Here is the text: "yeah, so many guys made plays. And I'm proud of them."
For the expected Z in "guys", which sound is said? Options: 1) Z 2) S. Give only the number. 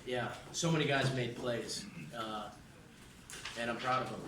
1